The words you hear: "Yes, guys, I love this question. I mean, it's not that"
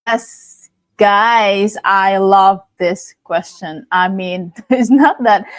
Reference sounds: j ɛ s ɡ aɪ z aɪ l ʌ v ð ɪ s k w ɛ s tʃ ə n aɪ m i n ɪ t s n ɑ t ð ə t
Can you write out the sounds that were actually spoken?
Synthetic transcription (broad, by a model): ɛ s ɡ aɪ z aɪ l ʌ v ð ɪ s k w ɛ s tʃ ə n aɪ m i n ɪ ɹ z n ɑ t ð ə t